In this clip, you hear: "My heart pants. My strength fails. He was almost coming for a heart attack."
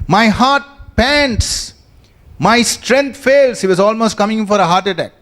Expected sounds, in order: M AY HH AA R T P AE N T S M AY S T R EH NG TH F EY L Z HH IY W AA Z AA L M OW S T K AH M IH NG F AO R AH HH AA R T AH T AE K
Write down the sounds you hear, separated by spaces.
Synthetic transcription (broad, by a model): M AY HH AA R T P AE N T S M AY S T R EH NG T F EY L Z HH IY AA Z AA L M OW S T K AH M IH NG F AO R AH HH AA R T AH T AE K